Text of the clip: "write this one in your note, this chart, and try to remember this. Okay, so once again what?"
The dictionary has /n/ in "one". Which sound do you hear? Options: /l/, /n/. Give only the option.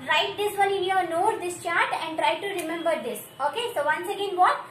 /l/